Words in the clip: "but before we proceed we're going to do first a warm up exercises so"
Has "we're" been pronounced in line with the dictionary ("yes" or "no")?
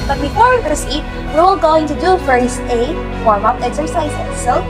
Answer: no